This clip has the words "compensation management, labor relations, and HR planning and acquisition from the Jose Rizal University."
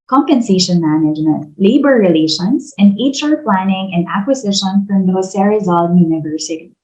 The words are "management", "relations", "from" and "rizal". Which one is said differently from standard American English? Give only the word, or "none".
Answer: relations